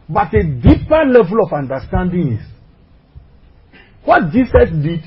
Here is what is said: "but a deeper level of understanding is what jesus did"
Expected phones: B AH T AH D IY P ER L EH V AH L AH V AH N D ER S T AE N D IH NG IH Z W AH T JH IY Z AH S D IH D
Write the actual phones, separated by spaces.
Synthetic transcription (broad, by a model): B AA T AH D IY P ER L EH V AH L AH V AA N D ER S T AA N D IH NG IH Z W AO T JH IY S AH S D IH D